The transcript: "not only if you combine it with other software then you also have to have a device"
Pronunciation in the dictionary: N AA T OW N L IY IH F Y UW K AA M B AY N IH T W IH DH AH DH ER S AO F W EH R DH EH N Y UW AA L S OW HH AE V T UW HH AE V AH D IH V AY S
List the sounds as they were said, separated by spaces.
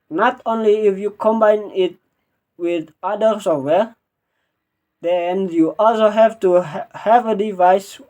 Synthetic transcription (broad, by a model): N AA T OW N L IY IH F Y UW K AA M B AY N IH T W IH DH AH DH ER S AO W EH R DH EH N Y UW AA L S OW HH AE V T UW HH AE V AH D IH V AY S